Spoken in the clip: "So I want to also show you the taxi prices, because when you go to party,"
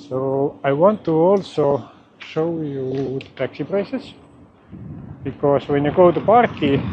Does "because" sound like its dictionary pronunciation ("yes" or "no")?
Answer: no